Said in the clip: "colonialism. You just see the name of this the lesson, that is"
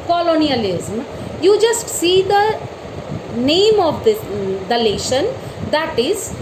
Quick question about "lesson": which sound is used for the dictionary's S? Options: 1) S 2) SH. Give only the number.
2